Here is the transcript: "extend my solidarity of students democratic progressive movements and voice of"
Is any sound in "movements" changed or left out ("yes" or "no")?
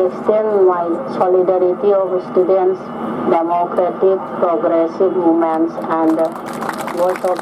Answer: yes